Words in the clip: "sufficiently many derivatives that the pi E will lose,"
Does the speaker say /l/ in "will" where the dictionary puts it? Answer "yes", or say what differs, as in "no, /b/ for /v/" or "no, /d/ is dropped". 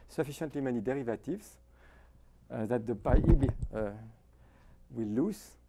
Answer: no, /w/ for /l/